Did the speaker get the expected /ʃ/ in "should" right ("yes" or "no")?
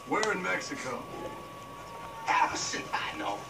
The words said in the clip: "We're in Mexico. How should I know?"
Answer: no